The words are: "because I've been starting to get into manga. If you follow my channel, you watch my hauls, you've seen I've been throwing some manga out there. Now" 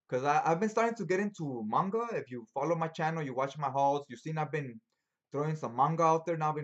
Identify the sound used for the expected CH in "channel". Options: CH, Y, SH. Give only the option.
CH